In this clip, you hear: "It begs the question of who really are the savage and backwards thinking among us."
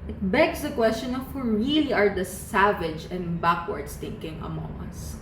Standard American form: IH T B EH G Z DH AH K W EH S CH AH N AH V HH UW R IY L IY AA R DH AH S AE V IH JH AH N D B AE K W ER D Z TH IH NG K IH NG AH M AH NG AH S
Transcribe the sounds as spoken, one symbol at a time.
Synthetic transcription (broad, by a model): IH T B EH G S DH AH K W EH S CH AH N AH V HH UW R IY L IY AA R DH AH S AE V IH JH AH N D B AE K W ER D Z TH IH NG K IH NG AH M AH NG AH S